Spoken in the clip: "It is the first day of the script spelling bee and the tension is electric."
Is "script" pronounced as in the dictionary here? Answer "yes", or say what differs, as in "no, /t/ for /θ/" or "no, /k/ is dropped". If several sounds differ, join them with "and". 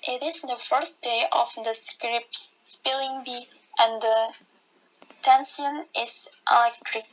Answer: yes